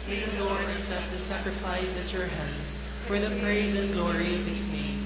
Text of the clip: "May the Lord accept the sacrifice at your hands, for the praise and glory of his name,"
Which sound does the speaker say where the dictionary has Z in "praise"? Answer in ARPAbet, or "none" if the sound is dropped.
Z